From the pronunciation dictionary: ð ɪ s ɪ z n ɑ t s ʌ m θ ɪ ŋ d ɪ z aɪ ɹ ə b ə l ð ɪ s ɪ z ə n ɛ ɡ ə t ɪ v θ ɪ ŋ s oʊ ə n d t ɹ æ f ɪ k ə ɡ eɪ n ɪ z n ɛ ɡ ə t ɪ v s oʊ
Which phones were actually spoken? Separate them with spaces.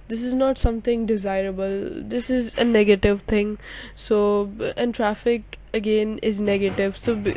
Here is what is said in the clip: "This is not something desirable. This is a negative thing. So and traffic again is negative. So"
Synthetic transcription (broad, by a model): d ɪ s ɪ z n ɑ t s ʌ m t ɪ ŋ d ɪ z aɪ ɹ ə b ə l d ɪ s ɪ z ə n ɛ ɡ ə t ɪ v t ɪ ŋ s oʊ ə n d t ɹ æ f ɪ k ə ɡ eɪ n ɪ z n ɛ ɡ ə t ɪ v s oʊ